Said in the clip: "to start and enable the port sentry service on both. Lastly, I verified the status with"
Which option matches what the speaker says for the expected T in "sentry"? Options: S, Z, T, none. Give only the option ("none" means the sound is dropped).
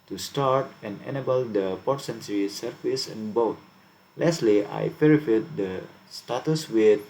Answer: S